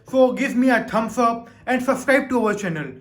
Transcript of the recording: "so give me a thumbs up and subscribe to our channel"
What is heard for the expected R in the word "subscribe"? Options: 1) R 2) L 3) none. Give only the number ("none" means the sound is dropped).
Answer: 3